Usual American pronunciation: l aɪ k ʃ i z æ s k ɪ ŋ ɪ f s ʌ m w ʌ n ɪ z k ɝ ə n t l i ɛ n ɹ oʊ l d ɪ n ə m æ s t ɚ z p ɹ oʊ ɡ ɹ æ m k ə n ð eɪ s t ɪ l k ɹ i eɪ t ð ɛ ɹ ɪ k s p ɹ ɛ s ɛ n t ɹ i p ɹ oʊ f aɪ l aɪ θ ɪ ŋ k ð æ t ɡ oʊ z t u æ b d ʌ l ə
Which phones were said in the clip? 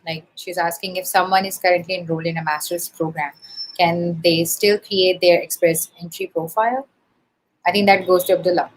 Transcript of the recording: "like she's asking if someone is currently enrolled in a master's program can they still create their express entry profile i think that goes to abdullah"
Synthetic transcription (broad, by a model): l aɪ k ʃ i z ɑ s k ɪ ŋ ɪ f s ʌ m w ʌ n ɪ z k ɝ ə n t l i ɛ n ɹ oʊ l ɪ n ə m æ s t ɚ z p ɹ oʊ ɡ ɹ æ m k ə n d eɪ s t ɪ l k ɹ i eɪ t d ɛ ɹ ɪ k s p ɹ ɛ s ɛ n t ɹ i p ɹ oʊ f aɪ l aɪ t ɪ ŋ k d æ t ɡ oʊ z t u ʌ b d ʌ l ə